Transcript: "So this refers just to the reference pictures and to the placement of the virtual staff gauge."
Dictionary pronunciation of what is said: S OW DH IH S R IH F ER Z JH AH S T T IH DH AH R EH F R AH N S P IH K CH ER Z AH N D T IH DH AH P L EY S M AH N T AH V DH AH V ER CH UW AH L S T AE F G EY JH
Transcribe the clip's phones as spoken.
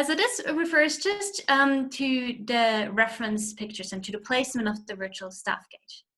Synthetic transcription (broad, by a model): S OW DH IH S R IH F ER Z JH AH S T T IH DH AH R EH F R AH N S P IH K CH ER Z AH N T IH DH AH P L EY S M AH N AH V DH AH V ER CH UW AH L S T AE F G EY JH